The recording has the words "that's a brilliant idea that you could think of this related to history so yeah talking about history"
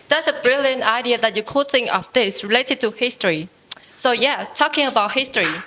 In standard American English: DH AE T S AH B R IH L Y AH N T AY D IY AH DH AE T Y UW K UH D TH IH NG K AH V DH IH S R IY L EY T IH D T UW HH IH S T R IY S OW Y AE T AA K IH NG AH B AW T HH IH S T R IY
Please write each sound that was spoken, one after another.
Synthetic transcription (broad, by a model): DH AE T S AH B R IH L Y AH N T AY D IY AH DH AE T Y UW K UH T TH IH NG AH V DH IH S R IY L EY T IH D T UW HH IH S T R IY S OW Y AE T AA K IH NG AH B AW T HH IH S T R IY